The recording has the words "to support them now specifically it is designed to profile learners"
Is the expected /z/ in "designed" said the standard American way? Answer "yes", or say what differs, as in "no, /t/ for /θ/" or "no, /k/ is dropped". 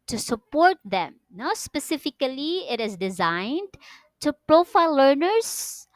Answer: yes